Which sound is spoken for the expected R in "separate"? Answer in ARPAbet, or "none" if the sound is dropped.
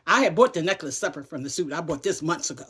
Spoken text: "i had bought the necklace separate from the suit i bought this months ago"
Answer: none